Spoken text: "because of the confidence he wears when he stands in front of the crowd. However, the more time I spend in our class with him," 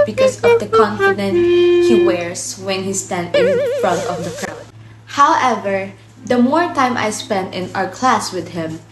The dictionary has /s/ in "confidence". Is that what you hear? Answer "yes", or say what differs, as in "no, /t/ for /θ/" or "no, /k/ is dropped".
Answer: no, /s/ is dropped